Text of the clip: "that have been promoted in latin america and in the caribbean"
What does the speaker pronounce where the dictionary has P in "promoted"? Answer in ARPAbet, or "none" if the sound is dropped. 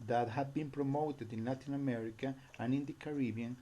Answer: P